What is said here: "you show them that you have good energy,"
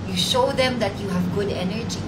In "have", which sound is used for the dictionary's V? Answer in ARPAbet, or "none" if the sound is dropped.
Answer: V